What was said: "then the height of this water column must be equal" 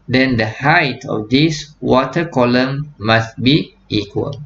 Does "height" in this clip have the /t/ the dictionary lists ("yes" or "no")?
yes